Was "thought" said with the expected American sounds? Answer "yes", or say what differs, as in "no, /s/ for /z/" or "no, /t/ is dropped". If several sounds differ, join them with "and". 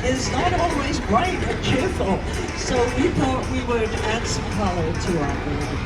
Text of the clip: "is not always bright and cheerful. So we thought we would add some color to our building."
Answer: yes